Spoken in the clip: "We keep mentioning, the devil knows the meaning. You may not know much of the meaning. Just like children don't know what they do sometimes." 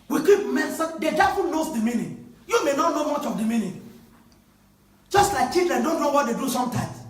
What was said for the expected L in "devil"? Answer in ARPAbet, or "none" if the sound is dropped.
N